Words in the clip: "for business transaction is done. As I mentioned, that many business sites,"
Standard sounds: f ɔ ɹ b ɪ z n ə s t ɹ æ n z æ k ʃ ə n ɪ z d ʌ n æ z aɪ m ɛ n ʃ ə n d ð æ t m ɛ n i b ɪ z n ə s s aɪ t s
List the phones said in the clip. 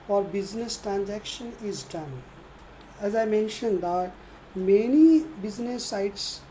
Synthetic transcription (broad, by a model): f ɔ ɹ b ɪ z n ə s t ɹ æ n z æ k ʃ ə n ɪ z d ʌ n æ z aɪ m ɛ n ʃ ə n d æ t m ɛ n i b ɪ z n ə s s aɪ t s